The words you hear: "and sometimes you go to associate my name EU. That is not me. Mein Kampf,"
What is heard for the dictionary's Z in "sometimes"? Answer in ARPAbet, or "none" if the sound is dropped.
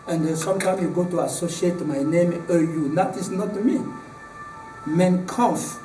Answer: none